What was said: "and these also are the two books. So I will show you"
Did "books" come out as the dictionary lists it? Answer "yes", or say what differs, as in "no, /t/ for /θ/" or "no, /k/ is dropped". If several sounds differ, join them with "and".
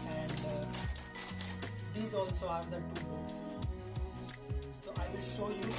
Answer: no, /k/ is dropped